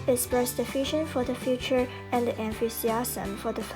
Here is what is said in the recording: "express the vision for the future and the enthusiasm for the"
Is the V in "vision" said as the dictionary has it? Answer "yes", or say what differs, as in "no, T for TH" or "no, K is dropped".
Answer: no, F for V